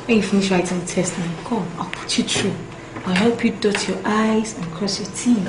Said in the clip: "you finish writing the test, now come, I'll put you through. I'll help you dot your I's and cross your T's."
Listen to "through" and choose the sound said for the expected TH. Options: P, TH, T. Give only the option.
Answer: T